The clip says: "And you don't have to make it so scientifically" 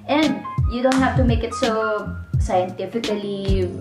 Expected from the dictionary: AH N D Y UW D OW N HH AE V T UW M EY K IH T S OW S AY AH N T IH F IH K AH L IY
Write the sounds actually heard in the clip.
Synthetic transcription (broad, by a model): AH N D Y UW D OW N HH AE F T UW M EY K IH T S OW S AY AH N T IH F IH K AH L IY